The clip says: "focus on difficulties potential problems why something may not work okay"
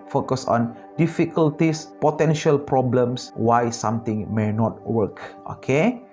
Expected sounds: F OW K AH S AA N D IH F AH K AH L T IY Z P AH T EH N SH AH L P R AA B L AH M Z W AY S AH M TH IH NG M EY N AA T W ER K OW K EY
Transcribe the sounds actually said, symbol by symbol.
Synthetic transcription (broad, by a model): F OW K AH S AA N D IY F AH K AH L T IY S P AH T EH N SH AH L P R AA B L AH M S W AY S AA M T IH NG M EY N AA T W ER K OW K EY